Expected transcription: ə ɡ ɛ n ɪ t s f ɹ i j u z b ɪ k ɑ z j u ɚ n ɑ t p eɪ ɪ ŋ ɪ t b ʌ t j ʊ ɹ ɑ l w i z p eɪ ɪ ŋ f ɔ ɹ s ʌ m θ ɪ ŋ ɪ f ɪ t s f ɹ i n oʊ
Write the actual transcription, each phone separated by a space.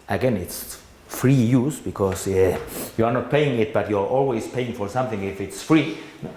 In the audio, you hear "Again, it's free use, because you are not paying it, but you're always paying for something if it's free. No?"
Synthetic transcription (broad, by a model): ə ɡ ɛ n ɪ t s f ɹ i j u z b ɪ k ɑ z j u ɚ n ɑ t p eɪ ɪ ŋ ɪ t b ʌ t j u ɹ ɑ l w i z p eɪ ɪ ŋ f ɔ ɹ s ʌ m θ ɪ ŋ ɪ f ɪ t s f ɹ i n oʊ